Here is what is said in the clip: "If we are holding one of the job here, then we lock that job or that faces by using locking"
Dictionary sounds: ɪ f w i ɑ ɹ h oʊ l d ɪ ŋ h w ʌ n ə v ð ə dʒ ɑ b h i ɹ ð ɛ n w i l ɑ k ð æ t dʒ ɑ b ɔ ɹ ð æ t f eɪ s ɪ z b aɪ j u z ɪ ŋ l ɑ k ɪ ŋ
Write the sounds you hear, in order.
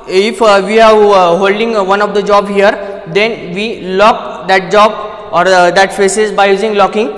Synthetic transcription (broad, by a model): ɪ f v i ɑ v h oʊ l d ɪ ŋ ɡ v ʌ n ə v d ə dʒ ɑ b h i ɹ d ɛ n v i l ɑ k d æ t dʒ ɑ b ɔ ɹ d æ t p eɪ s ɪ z b aɪ j u z ɪ ŋ l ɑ k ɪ ŋ